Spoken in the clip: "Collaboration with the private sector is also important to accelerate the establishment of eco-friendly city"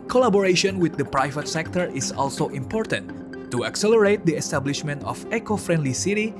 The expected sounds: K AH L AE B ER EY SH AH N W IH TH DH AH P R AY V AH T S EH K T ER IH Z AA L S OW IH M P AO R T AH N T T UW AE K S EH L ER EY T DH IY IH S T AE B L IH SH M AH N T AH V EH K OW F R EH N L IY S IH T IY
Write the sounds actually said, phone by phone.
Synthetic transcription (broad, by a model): K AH L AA B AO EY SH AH N W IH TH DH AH P R AY V AH T S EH K T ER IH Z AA L S OW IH M P AO R T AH N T T UW AE K S EH L ER EY T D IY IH S T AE B L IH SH M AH N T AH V EH K OW F R EH N L IY S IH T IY